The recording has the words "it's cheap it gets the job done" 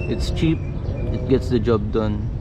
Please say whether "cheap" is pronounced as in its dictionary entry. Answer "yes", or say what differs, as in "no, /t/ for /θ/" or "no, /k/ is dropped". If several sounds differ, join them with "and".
yes